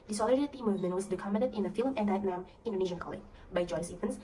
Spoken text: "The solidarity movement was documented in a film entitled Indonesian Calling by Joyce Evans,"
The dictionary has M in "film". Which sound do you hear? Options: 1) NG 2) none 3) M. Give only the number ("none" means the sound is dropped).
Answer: 3